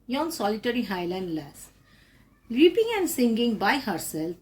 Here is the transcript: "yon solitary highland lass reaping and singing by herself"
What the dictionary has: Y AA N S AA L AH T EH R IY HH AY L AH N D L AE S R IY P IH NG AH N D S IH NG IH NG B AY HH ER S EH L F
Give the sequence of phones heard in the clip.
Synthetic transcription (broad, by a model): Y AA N S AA L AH T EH R IY HH AY L AH N D L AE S L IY P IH NG AH N D S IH NG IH NG B AY HH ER S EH L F